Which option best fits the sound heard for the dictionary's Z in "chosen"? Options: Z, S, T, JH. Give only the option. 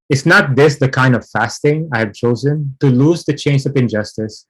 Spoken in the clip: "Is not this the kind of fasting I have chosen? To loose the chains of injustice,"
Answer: Z